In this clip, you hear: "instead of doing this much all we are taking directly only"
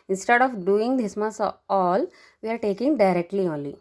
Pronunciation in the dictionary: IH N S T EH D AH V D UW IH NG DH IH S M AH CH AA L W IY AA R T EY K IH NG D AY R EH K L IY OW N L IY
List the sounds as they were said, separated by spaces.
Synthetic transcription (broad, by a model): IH N S T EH D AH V D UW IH NG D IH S M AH S AA L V IY AA R T EY K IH NG D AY R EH K L IY OW N L IY